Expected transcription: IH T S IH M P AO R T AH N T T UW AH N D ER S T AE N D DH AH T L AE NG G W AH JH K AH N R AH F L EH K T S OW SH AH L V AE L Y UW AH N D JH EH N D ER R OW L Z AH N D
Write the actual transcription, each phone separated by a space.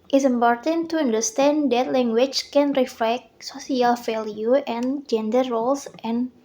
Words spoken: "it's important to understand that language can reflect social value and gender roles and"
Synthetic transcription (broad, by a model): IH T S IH M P AO R T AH N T T UW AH N D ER S T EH N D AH T L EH NG G W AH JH K AH N R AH F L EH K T S OW S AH L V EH L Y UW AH N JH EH N D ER R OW L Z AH N